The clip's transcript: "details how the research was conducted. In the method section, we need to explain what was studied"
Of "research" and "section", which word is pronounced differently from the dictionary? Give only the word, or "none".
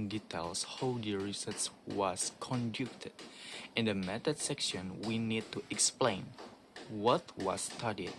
research